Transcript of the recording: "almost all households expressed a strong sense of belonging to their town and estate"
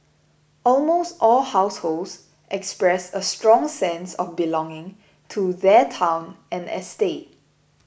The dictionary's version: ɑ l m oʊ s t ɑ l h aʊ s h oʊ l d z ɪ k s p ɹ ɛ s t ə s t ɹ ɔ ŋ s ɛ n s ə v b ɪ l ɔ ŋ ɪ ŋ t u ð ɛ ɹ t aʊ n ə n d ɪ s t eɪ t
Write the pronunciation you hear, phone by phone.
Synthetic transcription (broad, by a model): ɑ l m oʊ s t ɑ l h aʊ s h oʊ l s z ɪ k s p ɹ ɛ s ə s t ɹ ɔ ŋ s ɛ n s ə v b ɪ l ɔ ŋ ɪ ŋ t u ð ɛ t aʊ n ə n ɪ s t eɪ t